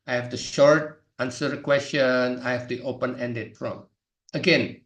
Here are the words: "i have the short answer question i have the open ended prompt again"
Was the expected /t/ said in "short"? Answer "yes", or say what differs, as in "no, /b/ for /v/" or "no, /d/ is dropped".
yes